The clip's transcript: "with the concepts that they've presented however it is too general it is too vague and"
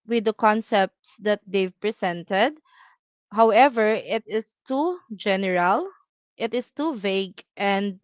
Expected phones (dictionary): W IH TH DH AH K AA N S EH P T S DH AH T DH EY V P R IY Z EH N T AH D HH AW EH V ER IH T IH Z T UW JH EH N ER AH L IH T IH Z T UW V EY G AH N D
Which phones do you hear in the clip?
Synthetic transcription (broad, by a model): W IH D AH K AA N S EH P T S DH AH T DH EY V P R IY S EH N T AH D HH AW EH V ER IH T IH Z T UW JH EH N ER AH L IH T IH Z T UW V EY G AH N D